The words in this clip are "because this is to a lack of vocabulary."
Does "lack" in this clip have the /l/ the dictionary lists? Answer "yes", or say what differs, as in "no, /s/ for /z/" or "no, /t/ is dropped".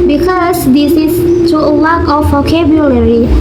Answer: no, /w/ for /l/